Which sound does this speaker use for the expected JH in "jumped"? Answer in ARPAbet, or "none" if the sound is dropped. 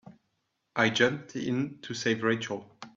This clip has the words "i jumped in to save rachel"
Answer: JH